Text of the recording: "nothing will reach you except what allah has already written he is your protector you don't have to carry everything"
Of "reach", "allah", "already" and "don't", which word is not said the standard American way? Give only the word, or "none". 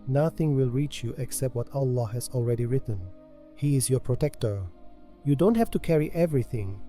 none